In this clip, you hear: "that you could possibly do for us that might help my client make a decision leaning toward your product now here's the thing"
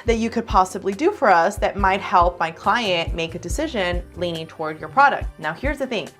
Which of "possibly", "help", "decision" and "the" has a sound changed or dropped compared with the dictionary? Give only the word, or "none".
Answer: none